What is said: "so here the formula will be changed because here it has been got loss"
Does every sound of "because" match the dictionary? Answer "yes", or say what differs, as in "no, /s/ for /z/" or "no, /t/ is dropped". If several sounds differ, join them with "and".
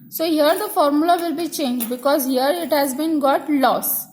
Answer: yes